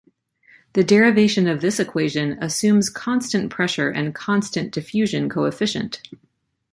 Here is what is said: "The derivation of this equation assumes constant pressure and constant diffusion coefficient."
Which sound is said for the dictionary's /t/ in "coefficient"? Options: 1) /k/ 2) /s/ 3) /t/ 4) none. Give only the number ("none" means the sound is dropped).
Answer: 3